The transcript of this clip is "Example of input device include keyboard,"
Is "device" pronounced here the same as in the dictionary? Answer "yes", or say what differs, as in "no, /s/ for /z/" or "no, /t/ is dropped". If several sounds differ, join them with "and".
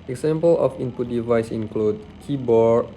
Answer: yes